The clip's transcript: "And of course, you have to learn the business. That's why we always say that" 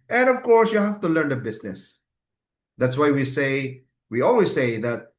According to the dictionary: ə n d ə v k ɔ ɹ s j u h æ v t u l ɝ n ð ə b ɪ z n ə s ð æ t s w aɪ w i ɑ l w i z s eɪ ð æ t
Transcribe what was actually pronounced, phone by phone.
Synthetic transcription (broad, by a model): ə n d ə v k ɔ ɹ s j u h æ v t u l ɝ n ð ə b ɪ s n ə s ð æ t s w aɪ w i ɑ l w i s eɪ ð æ t